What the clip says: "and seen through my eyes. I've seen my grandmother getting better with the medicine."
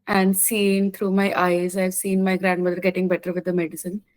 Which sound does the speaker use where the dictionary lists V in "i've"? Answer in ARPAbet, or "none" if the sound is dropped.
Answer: V